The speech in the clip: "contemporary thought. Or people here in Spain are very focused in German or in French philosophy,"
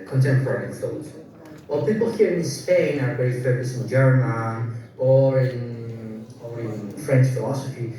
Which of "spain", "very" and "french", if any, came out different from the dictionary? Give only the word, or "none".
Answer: very